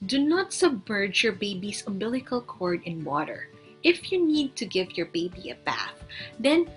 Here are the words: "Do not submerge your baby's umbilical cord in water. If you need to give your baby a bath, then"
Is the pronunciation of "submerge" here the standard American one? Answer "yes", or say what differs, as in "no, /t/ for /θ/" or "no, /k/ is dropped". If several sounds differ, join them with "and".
yes